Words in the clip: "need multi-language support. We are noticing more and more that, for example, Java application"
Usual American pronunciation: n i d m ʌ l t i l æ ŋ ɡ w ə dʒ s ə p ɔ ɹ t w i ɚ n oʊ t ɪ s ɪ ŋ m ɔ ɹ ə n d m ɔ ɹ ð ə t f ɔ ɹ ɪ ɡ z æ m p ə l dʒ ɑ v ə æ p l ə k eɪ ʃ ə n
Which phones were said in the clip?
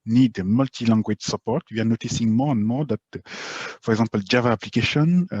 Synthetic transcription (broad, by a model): n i d m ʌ l t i l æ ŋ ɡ w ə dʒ s ə p ɔ ɹ t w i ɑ n oʊ t ɪ s ɪ ŋ m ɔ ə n m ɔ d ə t p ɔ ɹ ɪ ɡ z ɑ p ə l dʒ ɑ v ə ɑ p l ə k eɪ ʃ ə n